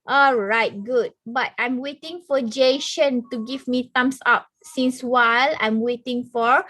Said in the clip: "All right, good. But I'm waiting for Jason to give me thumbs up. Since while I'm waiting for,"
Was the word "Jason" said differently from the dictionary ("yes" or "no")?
yes